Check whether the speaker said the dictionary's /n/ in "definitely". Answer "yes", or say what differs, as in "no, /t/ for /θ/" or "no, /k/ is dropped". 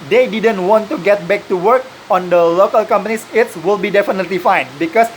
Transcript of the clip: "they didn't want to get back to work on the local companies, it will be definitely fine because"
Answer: yes